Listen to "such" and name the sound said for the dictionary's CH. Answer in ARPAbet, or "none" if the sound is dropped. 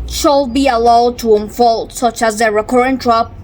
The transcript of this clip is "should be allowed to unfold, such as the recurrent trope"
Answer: CH